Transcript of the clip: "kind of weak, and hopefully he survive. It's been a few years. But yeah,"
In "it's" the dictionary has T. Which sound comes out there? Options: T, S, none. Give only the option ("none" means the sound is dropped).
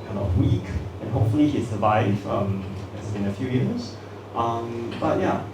S